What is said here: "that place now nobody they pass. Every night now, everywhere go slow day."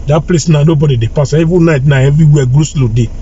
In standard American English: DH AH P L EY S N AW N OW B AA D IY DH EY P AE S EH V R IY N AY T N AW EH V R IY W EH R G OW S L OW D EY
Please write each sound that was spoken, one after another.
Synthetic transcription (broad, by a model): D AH P L EY S N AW N OW B AA D IY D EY P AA S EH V IY N AY T N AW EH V R IY W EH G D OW S L OW D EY